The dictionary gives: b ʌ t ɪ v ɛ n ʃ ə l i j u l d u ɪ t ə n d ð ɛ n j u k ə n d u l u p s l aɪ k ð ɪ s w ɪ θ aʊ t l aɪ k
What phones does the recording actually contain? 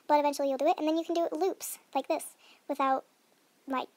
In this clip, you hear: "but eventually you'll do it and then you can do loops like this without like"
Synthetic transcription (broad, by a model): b ʌ t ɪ v ɛ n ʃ l i j u l d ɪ ɪ t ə n ð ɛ n j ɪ k n d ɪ l u p s l aɪ k ð ɪ s w ɪ θ aʊ t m aɪ